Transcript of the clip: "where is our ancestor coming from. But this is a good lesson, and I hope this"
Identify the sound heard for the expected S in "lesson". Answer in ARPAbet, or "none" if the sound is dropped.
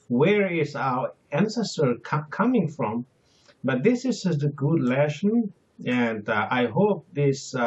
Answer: SH